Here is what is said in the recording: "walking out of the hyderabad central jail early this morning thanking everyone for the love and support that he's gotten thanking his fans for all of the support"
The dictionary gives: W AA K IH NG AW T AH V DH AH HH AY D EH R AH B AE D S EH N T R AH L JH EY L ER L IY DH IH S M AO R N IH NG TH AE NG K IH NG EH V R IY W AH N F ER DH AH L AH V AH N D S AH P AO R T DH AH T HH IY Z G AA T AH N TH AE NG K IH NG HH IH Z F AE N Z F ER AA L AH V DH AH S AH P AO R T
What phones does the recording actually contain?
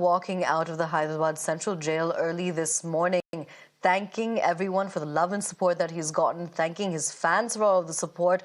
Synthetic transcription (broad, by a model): W AA K IH NG AW T AH V DH AH HH AY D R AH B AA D S EH N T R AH L JH EY L ER L IY DH IH S M AO R N IH NG TH AE NG K IH NG EH V R IY W AH N F ER DH AH L AH V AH N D S AH P AO R T DH AH T HH IY Z G AA T N TH AE NG K IH NG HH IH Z F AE N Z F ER AA L AH V DH AH S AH P AO R T